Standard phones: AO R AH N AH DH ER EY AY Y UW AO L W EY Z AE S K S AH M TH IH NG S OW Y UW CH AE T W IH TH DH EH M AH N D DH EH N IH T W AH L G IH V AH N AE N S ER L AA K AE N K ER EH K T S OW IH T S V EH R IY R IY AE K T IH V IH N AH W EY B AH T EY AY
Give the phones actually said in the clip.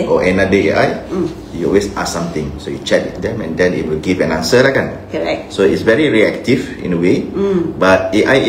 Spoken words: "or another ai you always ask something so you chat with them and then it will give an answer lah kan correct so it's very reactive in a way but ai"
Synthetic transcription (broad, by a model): AO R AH N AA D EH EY AY Y UW AO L W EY S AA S S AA M T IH NG S OW Y UW CH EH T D EH M AH N D EH N IH T W AH L G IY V AH N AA N S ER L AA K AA N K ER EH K S OW IH T S V EH R IY R IY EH K T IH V IH N AH W EY B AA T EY AY